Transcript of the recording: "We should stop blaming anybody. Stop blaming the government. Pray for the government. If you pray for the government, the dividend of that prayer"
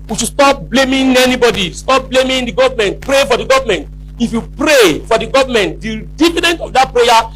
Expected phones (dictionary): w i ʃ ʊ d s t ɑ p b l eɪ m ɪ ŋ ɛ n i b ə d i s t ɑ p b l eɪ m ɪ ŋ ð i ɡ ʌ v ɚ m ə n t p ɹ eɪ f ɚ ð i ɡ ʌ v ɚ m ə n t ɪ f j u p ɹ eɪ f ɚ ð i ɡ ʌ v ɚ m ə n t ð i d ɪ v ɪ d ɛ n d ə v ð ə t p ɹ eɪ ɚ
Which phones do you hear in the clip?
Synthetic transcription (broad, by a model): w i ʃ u s t ɑ p b l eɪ m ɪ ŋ ɛ n i b ə d i s t ɑ p b l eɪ m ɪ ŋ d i ɡ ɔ v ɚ m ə n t p ɹ eɪ f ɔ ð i ɡ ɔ v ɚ m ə n t ɪ f j u p ɹ eɪ f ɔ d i ɡ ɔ v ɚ m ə n t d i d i f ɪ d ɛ n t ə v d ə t p ɹ eɪ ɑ